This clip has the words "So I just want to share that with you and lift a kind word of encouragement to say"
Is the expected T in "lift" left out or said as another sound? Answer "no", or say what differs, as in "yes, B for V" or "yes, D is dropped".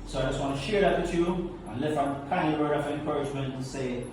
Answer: yes, T is dropped